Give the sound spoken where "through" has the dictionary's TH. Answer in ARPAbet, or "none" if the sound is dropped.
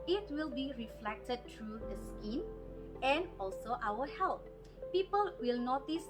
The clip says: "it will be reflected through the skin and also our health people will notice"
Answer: T